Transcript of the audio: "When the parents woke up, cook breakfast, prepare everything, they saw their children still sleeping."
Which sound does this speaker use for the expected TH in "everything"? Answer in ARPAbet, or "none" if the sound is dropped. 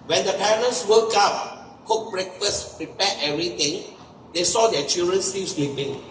T